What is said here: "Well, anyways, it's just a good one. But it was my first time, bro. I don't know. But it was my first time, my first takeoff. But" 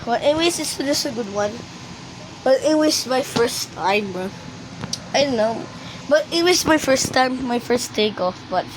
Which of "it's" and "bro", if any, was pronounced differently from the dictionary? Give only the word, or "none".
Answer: bro